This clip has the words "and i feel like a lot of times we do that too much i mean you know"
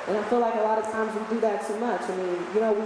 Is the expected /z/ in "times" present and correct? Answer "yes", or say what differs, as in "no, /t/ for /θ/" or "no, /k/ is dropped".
yes